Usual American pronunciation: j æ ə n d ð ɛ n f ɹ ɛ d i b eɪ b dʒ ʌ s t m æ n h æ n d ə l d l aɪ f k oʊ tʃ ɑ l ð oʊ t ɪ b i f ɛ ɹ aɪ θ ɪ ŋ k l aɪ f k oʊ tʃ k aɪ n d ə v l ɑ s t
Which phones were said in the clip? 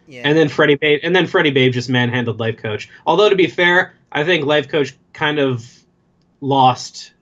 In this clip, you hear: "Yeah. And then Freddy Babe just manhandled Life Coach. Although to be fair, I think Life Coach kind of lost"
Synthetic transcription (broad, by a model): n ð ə n d ð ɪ n f ɹ ɛ d i b eɪ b dʒ ʌ s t m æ n h æ n d l d l aɪ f k oʊ tʃ ɑ l ð oʊ t ɪ b i f ɛ ɹ aɪ θ ɪ ŋ k l aɪ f k oʊ tʃ k aɪ n d ə v l ɑ s t